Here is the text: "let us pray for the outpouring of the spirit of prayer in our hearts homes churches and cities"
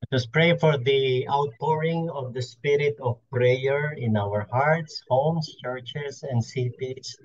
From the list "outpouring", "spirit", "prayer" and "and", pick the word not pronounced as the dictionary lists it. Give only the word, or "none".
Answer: none